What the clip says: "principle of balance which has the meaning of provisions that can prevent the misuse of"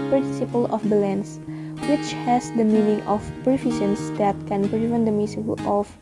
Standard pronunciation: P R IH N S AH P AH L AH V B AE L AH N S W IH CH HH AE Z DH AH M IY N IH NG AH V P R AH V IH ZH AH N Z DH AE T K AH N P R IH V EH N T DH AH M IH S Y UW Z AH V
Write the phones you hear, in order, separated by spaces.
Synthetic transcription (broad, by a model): P R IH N S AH P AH L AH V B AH L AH N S W IH CH HH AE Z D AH M IY N IH NG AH F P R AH F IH S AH N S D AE T K AH N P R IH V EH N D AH M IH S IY AH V